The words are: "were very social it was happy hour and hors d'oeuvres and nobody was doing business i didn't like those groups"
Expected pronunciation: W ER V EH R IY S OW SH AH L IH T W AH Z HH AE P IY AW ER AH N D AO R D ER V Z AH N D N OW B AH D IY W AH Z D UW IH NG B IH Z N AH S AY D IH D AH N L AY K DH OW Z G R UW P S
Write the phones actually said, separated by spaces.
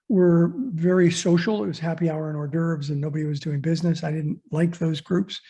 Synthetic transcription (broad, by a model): W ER V EH R IY S OW SH L IH T W AH Z HH AE P IY AW ER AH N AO R D ER V Z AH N N OW B AH D IY W AH Z D UW IH NG B IH Z N AH S AY D IH D N L AY K DH OW Z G R UW P S